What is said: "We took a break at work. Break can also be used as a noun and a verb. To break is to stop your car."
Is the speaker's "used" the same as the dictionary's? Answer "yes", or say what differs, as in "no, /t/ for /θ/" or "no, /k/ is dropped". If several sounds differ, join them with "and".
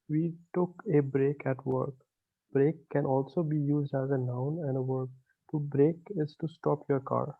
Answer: yes